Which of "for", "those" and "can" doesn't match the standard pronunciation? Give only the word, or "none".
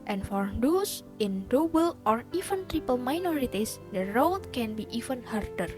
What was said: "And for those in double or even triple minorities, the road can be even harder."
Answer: those